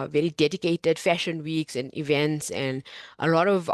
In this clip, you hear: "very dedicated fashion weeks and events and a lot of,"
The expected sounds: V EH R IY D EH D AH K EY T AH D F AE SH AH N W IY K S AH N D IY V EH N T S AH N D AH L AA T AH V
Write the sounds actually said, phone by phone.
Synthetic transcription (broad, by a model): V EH R IY D EH D AH K EY T AH D F AE SH AH N W IY K S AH N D IY V EH N T S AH N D AH L AA T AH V